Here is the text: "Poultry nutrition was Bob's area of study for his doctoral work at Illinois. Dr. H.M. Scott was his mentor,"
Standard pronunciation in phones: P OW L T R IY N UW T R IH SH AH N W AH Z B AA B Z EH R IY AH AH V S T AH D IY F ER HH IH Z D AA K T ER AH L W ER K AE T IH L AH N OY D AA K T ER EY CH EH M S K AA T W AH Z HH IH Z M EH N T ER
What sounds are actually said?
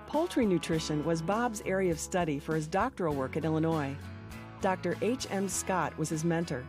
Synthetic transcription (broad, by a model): P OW L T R IY N UW T R IH SH AH N W AH Z B AA B Z EH R IY AH AH V S T AH D IY F ER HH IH Z D AA K T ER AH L W ER K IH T IH L AH N OY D AA K T ER EY CH EH M S K AA T W AH Z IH Z M EH N T ER